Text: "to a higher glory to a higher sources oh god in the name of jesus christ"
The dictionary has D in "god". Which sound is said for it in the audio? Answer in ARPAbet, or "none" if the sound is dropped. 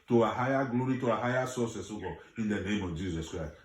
none